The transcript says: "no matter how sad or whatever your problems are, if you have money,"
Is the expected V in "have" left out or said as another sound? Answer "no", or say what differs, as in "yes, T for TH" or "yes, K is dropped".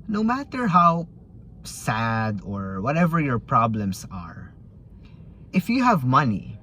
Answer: no